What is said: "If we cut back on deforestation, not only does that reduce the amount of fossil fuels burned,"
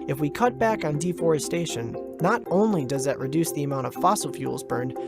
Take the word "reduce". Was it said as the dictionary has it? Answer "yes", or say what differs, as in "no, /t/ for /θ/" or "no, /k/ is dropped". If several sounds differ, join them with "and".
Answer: yes